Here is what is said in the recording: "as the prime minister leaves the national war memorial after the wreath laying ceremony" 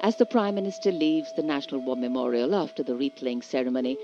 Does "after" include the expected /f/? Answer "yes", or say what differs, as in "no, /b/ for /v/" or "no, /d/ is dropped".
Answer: yes